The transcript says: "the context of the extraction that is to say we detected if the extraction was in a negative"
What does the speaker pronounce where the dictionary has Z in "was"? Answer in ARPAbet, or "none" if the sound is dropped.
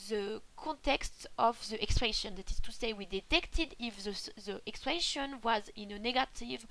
Z